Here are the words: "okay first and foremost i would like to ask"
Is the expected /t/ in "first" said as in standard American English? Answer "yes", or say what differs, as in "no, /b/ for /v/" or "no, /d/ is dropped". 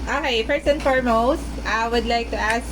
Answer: no, /t/ is dropped